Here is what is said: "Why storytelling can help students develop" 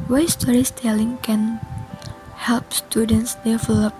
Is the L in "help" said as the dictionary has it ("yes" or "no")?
yes